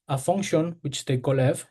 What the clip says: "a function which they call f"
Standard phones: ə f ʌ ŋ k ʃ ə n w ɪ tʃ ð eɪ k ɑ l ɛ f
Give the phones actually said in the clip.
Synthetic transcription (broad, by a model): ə f ʌ ŋ k ʃ ə n w ɪ tʃ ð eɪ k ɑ l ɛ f